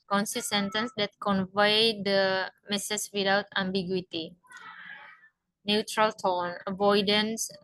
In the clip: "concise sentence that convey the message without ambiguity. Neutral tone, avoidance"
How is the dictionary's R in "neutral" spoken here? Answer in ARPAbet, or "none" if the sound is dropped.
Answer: R